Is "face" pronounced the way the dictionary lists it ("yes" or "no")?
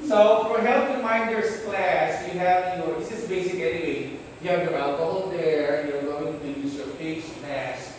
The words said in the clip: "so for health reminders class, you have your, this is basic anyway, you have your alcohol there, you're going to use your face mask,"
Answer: no